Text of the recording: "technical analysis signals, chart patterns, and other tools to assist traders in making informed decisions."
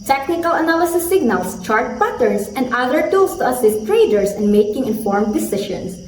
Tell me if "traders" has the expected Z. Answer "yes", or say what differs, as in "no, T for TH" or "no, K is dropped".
no, S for Z